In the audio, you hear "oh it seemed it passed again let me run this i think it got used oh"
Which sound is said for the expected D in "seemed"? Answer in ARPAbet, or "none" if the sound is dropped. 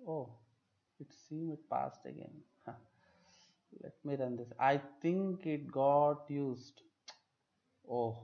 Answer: none